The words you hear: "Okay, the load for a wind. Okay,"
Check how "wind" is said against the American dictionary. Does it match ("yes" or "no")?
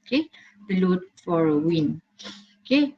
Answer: no